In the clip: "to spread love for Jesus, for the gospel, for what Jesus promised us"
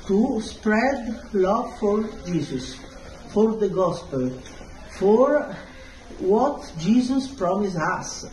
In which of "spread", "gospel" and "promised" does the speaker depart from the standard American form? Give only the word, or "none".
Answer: promised